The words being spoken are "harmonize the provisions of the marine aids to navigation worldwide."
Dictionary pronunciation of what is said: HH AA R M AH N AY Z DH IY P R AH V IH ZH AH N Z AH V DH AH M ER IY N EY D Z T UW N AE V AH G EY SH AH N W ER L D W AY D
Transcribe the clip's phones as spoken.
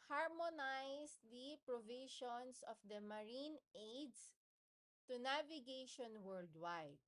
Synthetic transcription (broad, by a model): HH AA R M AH N AY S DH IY P R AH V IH SH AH N S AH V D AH M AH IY N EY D S T UW N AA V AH G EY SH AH N W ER L D W AY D